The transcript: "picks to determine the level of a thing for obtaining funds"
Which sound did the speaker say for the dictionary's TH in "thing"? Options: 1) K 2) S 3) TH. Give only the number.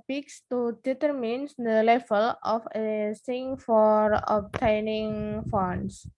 2